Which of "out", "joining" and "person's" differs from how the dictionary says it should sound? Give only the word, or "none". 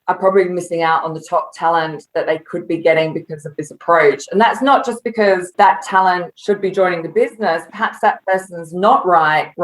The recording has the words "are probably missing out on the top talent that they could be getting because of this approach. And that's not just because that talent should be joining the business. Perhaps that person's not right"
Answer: none